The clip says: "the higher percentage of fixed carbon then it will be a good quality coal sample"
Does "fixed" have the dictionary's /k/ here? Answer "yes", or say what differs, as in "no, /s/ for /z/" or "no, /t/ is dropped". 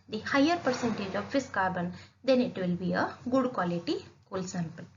no, /k/ is dropped